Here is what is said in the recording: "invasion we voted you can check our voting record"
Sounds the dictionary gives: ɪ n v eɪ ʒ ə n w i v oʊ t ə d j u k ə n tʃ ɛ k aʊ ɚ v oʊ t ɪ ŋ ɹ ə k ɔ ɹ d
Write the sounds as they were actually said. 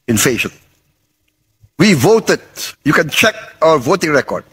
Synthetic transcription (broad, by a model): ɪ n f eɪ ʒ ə n w i v oʊ t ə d j u k ə n tʃ ɛ k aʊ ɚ v oʊ t ɪ ŋ ɹ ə k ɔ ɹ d